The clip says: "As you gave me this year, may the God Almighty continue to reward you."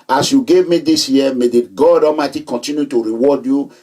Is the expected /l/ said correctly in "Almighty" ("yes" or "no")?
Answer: no